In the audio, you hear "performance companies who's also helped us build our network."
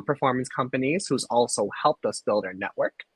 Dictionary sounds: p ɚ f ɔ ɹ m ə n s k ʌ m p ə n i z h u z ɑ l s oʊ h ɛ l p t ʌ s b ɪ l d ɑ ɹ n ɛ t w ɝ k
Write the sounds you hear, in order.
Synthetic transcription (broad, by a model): p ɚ f ɔ ɹ m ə n s k ʌ m p ə n i z h u z ɑ l s oʊ h ɛ l p t ʌ s b ɪ l d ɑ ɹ n ɛ t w ɝ k